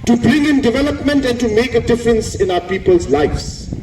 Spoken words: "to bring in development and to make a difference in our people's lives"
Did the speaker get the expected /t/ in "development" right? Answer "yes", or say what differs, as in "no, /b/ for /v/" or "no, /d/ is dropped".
yes